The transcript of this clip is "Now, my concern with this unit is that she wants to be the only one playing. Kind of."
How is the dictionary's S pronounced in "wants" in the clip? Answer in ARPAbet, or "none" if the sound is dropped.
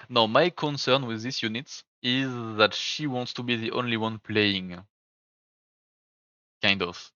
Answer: S